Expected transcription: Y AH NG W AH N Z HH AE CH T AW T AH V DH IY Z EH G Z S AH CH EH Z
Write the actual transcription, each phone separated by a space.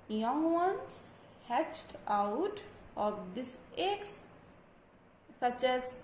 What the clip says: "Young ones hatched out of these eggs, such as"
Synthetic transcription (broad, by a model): Y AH NG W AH N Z HH AE CH T AW T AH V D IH S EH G S AH CH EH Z